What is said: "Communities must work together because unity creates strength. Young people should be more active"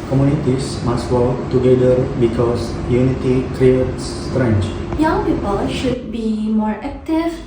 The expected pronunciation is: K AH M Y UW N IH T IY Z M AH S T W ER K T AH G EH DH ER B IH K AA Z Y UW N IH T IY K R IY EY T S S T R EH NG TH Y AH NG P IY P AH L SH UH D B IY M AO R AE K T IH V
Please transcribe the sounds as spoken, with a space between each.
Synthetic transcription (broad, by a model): K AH M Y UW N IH T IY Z M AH S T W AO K T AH G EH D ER B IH K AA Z Y UW N IH T IY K R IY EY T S S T R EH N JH Y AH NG P IY P AH L SH UH D B IY M AO R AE K T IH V